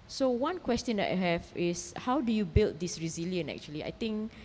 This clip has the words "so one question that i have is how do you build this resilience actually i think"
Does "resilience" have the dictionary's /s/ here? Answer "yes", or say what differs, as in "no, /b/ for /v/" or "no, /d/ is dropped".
no, /s/ is dropped